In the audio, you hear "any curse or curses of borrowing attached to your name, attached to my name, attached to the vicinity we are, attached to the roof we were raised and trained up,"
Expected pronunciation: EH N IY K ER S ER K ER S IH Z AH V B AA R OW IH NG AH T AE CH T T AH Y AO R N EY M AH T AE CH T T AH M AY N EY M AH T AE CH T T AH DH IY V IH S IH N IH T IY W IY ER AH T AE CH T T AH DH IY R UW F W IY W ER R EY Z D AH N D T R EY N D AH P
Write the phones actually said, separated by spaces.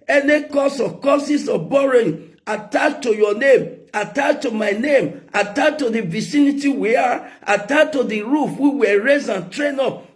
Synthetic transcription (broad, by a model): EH N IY K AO S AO K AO S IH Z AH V B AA R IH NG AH T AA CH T T AH Y AO N EY M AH T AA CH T T AH M AY N EY M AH T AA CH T T AH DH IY V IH S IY N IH T IY W IY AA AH T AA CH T T AH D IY R UW F W IY W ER R EY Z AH N T R EY N AO P